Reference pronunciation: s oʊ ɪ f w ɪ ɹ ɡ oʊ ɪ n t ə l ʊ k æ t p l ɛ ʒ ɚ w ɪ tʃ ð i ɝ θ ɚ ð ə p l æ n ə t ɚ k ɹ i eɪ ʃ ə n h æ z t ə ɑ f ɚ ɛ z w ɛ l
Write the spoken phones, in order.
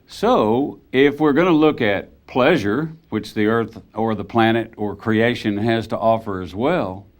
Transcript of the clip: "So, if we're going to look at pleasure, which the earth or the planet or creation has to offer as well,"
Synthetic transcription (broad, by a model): s oʊ ɪ f w ɪ ɹ ɡ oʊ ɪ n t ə l ʊ k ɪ t p l ɛ ʒ ɚ w ɪ tʃ ð i ɝ θ ɚ ð ə p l æ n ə t ɚ k ɹ i eɪ ʃ ə n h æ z t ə ɑ f ɚ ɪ z w ɛ l